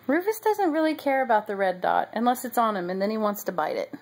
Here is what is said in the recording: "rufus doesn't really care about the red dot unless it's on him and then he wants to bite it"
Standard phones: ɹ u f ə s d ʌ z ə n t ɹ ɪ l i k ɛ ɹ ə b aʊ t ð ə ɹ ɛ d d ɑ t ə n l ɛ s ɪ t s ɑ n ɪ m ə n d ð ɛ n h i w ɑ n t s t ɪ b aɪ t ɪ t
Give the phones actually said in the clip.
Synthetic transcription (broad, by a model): ɹ u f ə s d ʌ z ə n t ɹ ɪ l i k ɛ ɹ ə b aʊ t ð ə ɹ ɛ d d ɑ t ə n l ɛ s ɪ t s n ɪ m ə n ð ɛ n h i w ɑ n t s t ɪ b aɪ t ɪ t